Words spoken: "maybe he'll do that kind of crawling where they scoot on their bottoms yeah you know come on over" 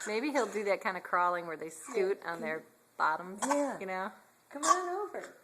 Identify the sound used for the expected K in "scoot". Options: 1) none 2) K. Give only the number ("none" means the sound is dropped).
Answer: 1